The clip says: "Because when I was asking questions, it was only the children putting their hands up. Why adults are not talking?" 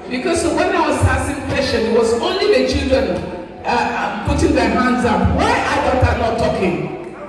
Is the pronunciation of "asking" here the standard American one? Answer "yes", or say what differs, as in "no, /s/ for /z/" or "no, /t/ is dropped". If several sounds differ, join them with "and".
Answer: no, /k/ is dropped